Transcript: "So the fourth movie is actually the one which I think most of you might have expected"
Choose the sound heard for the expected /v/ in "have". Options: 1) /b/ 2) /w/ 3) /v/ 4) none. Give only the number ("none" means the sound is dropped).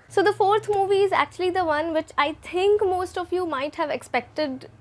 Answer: 3